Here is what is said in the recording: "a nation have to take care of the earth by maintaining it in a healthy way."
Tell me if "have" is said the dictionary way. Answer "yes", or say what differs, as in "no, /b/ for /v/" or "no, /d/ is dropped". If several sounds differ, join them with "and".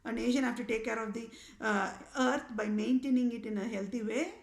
no, /f/ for /v/